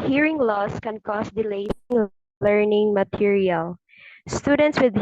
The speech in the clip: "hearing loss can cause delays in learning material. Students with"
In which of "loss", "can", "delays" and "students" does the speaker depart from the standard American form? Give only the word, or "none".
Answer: delays